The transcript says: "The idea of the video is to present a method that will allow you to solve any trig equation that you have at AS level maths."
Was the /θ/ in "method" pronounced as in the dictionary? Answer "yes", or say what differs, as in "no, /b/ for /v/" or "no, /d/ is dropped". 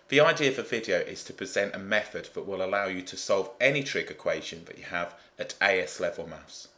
yes